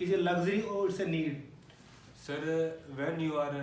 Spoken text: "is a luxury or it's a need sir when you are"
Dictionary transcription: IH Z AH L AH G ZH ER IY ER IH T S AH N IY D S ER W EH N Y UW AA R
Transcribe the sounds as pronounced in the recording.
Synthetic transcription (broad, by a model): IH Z AH L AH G Z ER IY IH T S AH N IY D S ER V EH N Y UW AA R